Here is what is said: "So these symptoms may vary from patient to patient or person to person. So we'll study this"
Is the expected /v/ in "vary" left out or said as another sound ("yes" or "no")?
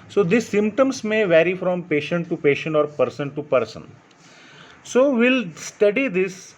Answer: no